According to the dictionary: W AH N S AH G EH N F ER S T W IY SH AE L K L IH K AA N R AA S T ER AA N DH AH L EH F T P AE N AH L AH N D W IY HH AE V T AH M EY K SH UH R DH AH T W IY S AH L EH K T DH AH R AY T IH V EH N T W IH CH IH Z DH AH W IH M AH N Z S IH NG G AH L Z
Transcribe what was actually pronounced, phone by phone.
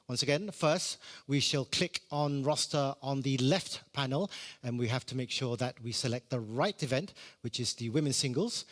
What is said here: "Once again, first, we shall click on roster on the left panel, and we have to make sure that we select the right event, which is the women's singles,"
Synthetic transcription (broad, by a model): W AH N S AH G EH N F ER S T W IY SH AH L K L IH K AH N R AA S T ER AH N DH AH L EH F T P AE N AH L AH N W IY HH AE F T AH M EY K SH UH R DH AH T W IY S AH L EH K T DH AH R AY T IH V EH N T W IH CH IH Z DH AH W IH M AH N S IH NG G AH L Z